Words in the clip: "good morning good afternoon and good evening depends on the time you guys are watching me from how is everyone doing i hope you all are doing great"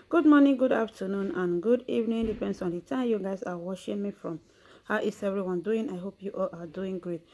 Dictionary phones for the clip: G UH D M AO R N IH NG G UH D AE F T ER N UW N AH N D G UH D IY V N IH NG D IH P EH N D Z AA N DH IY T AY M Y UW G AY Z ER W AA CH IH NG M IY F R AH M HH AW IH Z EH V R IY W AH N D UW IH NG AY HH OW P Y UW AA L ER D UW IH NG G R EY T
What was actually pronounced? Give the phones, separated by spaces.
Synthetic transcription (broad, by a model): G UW D M AO N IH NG G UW D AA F T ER N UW N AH N G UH D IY V N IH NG D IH P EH N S AA N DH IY T AY M Y UW G AY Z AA W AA SH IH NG M IY F R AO M HH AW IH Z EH V R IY W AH N D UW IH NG AY HH OW P Y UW AA L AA D UW IH NG G R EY T